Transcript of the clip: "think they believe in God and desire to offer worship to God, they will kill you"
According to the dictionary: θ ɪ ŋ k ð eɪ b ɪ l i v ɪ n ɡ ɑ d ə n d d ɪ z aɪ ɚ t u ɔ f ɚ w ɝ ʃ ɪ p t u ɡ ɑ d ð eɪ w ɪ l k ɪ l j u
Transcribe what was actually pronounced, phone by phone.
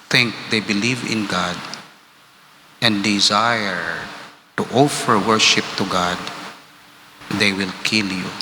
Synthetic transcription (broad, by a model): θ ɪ ŋ k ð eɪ b ɪ l i v ɪ n ɡ ɑ d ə n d d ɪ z aɪ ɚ t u ɔ f ɚ w ɝ ʃ ɪ p t u ɡ ɑ d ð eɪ w ɪ l k ɪ l j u